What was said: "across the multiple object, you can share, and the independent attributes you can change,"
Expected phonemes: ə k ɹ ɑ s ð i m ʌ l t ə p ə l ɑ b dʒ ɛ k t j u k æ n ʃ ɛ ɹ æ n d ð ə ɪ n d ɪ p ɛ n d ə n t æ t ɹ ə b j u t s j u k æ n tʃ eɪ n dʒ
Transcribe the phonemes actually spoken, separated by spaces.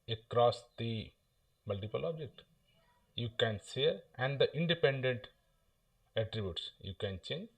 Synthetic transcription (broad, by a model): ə k ɹ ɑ s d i m ʌ l t ə p ə l ɑ b dʒ ɛ k t j u k æ n s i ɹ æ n d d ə ɪ n d ɪ p ɛ n d ə n t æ t ɹ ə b j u t s j u k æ n tʃ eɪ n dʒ